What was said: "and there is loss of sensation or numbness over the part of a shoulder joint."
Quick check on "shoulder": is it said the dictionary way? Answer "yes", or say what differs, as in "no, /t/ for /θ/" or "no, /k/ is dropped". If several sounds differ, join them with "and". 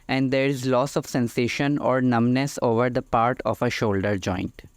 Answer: yes